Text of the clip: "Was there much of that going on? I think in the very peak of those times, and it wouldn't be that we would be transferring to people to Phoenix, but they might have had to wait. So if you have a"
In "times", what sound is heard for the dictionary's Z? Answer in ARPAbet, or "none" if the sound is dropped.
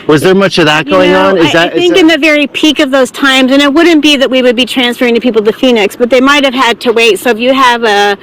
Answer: Z